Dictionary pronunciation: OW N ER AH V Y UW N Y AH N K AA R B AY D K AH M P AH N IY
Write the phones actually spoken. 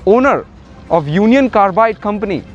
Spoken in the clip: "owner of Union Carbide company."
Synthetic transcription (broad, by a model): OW N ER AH P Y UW N Y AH N K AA R B AY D K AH M P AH N IY